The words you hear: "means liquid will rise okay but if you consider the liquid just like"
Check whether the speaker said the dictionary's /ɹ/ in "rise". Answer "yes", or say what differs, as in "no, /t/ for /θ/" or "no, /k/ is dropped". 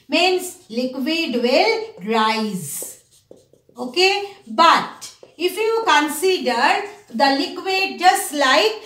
yes